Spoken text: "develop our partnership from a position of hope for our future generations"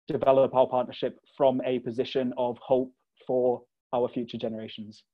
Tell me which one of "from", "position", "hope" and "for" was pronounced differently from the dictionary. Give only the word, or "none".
none